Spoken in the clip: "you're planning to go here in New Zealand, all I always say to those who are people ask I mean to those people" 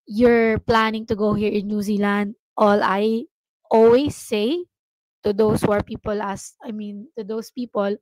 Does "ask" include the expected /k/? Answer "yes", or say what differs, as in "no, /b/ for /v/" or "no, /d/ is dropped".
no, /k/ is dropped